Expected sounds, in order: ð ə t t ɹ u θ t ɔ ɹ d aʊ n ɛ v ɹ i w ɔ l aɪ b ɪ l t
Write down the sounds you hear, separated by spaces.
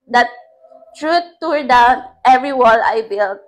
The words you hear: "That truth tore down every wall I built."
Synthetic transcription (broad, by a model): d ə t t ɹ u t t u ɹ d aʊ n ɛ v ɹ i w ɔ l aɪ b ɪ l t